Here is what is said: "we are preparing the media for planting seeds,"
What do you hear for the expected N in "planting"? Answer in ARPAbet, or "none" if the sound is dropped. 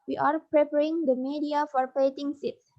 none